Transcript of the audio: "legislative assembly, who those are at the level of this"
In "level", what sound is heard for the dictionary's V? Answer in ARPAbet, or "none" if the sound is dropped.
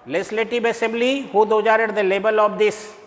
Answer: B